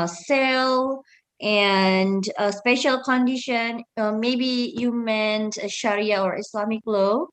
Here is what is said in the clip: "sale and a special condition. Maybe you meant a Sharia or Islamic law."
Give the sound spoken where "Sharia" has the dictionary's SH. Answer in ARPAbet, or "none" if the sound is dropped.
SH